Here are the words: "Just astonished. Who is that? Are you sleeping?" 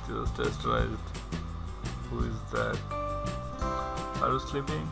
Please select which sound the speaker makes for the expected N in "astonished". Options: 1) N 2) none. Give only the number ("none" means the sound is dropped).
2